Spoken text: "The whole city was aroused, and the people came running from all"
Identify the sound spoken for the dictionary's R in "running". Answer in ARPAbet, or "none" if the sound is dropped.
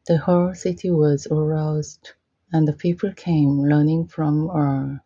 L